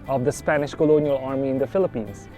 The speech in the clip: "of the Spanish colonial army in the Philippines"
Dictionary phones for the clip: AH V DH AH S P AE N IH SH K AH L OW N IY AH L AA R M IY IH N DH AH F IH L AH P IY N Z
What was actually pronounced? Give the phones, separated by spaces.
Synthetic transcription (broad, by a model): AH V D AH S P AE N IH SH K AH L OW N IY AH L AA R M IY IH N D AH F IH L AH P IY N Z